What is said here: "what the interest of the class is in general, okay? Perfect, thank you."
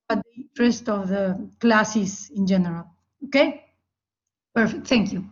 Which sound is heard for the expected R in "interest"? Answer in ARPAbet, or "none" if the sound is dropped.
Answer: R